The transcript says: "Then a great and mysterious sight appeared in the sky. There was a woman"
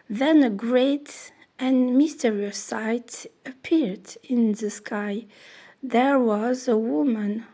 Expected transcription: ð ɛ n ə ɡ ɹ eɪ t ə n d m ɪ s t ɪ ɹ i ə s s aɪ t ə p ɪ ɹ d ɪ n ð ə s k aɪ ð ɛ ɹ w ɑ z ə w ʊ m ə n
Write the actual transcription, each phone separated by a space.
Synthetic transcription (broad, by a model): ð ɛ n ə ɡ ɹ eɪ t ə n m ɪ s t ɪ ɹ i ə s s aɪ t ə p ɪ ɹ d ɪ n ð ə s k aɪ ð ɛ ɹ w ɑ z ə w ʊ m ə n